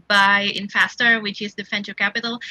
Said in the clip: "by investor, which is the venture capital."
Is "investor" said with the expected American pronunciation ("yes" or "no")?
no